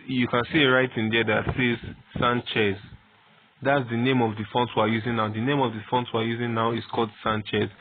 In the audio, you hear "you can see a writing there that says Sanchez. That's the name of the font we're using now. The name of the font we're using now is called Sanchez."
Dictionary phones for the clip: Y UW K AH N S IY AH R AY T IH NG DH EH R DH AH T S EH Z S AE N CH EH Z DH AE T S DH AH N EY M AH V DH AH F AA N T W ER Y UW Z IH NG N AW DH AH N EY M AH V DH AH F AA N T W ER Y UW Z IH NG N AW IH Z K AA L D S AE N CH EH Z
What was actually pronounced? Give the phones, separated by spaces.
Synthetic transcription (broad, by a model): Y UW K AH N S IY AH R AY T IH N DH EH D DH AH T S EH Z S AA N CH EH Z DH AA T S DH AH N EY M AH V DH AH F AA N T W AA Y UW Z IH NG N AW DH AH N EY M AH V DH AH F AA N T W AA Y UW Z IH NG N AW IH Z K AA L D S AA N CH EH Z